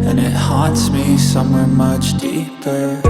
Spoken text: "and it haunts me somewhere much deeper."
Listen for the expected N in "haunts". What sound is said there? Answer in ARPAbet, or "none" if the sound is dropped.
none